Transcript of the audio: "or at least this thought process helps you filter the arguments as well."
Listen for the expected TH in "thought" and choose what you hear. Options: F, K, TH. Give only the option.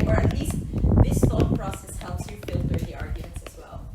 F